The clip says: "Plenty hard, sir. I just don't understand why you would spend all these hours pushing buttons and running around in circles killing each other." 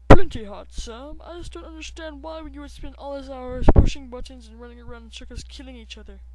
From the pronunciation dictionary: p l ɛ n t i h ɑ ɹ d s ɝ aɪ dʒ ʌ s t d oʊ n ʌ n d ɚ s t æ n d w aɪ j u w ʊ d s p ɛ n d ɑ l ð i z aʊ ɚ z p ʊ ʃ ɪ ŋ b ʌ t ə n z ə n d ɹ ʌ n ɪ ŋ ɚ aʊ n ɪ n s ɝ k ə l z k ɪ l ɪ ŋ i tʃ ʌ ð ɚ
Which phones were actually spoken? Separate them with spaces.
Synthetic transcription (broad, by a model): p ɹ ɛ n t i h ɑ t s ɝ aɪ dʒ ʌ s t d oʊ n ʌ n d ɚ s t æ n d w aɪ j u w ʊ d s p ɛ n ɑ l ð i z aʊ ɚ z p ʊ ʃ ɪ ŋ b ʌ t n z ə n ɹ ʌ n ɪ ŋ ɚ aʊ ɪ n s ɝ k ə z k ɪ l ɪ ŋ i tʃ ʌ ð ɚ